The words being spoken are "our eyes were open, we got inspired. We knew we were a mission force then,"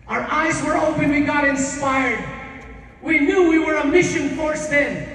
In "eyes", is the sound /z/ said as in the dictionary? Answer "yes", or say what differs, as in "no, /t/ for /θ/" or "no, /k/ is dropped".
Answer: yes